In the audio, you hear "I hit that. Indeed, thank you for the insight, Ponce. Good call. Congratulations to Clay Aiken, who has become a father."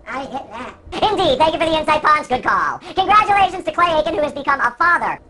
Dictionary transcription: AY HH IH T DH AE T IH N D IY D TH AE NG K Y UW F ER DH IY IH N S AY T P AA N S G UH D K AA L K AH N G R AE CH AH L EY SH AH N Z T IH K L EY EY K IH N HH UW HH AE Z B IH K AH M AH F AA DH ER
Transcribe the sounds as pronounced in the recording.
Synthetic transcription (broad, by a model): AY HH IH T DH AE T IH N D IY D TH AE NG K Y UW F ER DH IY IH N S AY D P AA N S G UH D K AA L K AH N G R AE CH AH L EY SH AH N Z T IH K L EY EY K IH N HH UW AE Z B IH K AH M AH F AA DH ER